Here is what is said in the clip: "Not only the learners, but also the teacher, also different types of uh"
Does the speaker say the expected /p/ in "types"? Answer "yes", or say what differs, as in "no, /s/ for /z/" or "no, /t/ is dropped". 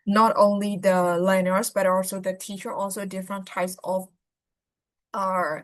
yes